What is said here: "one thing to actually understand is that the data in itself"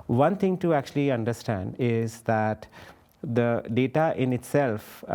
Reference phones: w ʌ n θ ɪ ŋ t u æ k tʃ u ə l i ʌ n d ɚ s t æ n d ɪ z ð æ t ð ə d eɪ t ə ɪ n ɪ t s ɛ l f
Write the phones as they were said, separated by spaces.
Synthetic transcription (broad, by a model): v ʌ n t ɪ ŋ t u æ k tʃ u ə l i ʌ n d ɚ s t æ n d ɪ z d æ t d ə d eɪ t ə ɪ n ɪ t s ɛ l f